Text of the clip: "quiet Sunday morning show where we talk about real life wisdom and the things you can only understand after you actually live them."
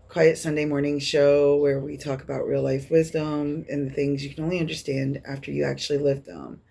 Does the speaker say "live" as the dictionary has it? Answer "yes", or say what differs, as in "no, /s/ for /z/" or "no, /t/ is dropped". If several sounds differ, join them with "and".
yes